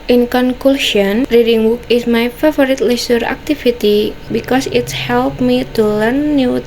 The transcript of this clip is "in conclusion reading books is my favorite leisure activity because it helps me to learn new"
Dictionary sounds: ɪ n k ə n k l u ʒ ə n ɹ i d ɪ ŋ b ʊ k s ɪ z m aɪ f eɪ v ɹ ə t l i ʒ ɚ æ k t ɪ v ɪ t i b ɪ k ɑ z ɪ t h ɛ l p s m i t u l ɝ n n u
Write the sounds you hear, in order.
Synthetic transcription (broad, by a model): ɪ n k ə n k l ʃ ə n ɹ i d ɪ ŋ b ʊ k ɪ s m aɪ f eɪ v ɹ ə t l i s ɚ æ k t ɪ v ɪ t i b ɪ k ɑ s ɪ t h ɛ l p m i t u l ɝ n n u